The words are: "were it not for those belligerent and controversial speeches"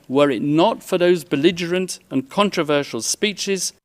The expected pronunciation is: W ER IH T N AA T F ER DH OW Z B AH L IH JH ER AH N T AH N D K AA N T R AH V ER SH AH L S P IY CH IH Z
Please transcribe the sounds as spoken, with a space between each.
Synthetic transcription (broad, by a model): W ER IH T N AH T F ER DH OW Z B AH L IH JH ER AH N T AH N K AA N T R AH V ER SH AH L S P IY CH IH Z